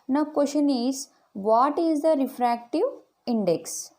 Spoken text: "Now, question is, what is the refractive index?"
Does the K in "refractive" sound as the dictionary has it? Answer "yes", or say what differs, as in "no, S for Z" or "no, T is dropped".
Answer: yes